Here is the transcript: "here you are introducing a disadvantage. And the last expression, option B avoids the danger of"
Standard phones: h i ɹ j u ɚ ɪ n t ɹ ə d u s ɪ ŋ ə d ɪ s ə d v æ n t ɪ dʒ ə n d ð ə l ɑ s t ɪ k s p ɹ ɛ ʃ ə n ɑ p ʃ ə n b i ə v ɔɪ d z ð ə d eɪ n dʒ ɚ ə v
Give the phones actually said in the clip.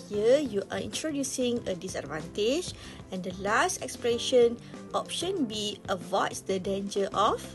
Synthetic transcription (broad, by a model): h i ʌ j u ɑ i n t ɹ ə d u s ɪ ŋ ə d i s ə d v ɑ n t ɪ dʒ ə n d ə l ɑ s t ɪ k s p l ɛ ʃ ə n ɑ p ʃ ə n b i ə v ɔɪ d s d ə d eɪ n dʒ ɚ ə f